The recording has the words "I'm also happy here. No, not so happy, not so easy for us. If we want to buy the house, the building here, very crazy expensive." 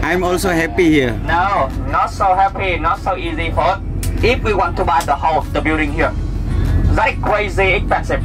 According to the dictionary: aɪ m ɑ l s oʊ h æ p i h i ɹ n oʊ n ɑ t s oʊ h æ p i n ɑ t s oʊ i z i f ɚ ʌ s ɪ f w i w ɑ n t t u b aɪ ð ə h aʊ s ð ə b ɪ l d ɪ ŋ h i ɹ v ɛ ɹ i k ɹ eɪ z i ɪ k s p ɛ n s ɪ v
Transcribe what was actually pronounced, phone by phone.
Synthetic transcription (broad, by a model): aɪ m ɑ l s oʊ h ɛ p i h i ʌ n oʊ n ɑ t s oʊ h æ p i n ɑ t s oʊ i z i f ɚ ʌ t ɪ f w i w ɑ n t t u b aɪ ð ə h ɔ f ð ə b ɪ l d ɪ ŋ h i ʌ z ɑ i k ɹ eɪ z i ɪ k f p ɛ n s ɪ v